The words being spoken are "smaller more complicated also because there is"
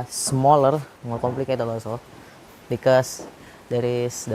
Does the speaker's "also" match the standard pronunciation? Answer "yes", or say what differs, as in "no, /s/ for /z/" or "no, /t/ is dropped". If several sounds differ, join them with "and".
no, /l/ is dropped